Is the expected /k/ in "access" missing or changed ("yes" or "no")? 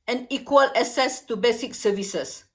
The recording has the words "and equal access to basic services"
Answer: yes